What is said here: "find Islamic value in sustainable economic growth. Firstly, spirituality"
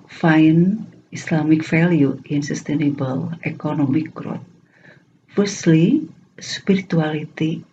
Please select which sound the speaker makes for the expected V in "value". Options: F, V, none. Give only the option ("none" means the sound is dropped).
F